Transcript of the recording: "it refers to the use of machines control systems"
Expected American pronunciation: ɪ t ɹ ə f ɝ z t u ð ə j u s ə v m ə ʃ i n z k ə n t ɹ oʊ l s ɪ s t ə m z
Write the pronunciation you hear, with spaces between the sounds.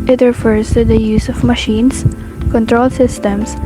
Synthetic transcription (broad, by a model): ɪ t ɹ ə f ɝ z t u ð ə j u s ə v m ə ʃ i n s k ə n t ɹ oʊ l s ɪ s t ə m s